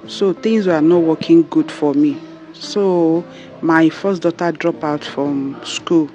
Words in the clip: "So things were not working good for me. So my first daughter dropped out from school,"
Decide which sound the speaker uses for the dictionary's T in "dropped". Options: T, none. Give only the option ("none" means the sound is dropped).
none